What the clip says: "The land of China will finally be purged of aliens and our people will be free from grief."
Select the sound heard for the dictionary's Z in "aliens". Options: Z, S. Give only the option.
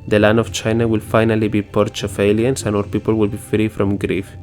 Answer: S